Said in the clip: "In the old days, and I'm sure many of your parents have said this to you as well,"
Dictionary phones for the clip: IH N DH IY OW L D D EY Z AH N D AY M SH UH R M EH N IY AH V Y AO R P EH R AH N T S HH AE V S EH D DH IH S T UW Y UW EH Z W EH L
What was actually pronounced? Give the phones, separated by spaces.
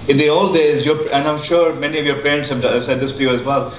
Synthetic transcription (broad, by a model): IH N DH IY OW L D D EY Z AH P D AY M SH UH R M EH N IY AH V Y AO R P EH R AH N T S HH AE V S EH D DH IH S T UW Y UW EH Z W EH L